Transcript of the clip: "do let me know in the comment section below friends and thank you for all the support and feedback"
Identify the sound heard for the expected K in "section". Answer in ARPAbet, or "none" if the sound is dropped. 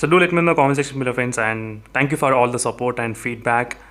none